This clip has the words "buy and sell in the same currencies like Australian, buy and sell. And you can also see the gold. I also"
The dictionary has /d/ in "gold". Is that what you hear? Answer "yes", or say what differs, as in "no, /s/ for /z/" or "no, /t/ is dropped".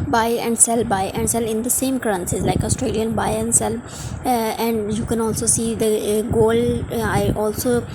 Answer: no, /d/ is dropped